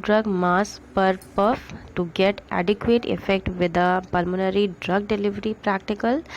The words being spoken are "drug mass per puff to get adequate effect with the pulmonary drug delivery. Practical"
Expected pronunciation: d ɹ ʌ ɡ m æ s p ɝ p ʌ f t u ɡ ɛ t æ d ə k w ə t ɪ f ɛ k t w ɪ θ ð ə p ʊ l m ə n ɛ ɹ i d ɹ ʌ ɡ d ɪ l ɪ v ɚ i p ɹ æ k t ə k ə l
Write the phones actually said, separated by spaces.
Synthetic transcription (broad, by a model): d ɹ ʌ ɡ m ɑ s p ɝ p ʌ f t u ɡ ɛ t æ d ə k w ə t ɪ f ɛ k t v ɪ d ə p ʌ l m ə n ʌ ɹ i d ɹ ʌ ɡ d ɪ l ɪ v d i p ɹ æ k t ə k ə l